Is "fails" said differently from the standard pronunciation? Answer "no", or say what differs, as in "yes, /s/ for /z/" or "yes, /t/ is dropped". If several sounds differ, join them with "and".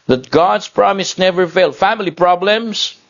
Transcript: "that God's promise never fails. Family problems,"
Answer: yes, /z/ is dropped